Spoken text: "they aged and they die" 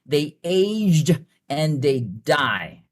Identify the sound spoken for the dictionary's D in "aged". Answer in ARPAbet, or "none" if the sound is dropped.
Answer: D